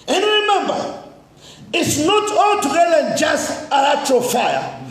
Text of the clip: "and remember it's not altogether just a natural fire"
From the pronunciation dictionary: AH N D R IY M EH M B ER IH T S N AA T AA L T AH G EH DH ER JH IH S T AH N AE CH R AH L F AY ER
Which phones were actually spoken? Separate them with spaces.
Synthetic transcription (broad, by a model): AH N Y R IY M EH M B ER IH T S N AA T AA L T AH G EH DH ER JH IH S T AH L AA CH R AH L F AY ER